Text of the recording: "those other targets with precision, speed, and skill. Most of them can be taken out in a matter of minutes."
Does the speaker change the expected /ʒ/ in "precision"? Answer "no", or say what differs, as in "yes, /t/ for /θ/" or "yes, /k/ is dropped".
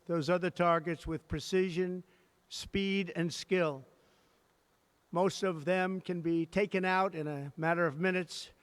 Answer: no